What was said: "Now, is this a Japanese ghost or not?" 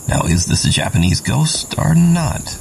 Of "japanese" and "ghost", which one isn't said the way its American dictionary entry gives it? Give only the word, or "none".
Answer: none